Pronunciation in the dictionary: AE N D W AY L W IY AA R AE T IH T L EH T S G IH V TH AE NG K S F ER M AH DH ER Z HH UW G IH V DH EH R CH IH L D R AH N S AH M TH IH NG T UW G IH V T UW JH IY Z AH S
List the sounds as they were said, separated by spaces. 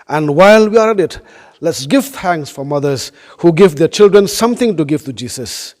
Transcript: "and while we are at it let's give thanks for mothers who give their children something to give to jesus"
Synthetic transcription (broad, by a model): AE N D W AY L W IY AA R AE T IH T L EH T S G IH V T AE NG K S F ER M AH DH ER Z HH UW G IH V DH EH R CH IH L D R AH N S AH M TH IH NG T UW G IH V T UW JH IY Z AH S